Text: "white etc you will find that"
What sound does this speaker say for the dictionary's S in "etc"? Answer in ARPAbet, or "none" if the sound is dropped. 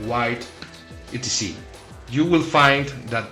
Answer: none